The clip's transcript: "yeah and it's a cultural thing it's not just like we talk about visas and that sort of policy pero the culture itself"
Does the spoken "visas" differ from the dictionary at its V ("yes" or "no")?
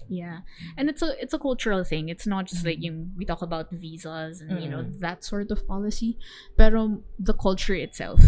no